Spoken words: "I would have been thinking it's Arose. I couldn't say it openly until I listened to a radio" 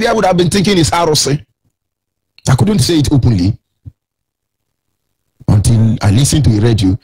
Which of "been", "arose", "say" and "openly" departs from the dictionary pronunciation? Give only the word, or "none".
arose